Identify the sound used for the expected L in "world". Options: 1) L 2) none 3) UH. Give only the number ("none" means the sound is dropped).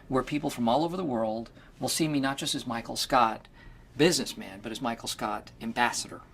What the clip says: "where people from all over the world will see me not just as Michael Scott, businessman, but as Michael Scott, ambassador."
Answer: 1